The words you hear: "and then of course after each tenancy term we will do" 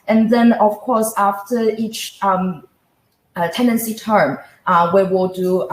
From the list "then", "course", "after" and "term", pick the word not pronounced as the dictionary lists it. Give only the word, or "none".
none